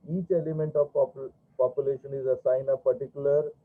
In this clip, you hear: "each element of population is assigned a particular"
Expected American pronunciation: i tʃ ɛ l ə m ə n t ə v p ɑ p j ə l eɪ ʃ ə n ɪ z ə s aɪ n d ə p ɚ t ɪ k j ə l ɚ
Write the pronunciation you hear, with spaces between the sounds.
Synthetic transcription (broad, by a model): i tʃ ɛ l ə m ə n t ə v p ɑ p j ə l eɪ ʃ ə n ɪ z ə s aɪ n ə p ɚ t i k j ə l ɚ